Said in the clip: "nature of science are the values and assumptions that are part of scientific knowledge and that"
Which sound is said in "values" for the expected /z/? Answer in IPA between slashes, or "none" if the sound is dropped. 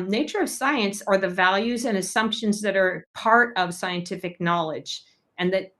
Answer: /z/